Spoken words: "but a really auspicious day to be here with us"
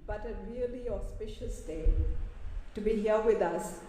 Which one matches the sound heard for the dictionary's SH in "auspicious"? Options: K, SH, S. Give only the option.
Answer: SH